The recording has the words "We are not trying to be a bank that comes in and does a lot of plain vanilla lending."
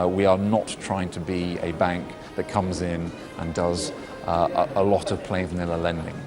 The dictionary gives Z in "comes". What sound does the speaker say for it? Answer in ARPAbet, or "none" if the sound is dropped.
Z